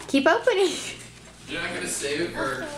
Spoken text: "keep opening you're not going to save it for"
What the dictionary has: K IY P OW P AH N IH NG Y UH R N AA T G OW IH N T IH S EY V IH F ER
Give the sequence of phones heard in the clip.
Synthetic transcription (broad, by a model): K IY P OW P AH N IH NG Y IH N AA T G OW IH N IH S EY IH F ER